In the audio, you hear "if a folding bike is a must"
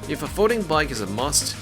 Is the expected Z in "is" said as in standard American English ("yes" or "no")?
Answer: yes